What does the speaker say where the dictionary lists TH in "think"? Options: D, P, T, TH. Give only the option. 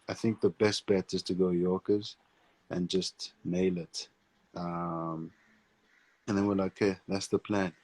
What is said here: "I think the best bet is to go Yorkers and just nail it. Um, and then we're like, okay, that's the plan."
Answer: TH